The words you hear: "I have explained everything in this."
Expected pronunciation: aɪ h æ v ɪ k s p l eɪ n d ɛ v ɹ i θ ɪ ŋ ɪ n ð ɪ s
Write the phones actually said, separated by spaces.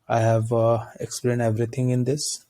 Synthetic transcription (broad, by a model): aɪ h æ v ɪ k s p l eɪ n d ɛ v ɹ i t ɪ ŋ ɪ n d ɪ s